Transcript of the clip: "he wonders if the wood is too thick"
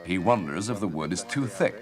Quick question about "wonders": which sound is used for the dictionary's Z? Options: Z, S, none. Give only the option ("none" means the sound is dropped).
Z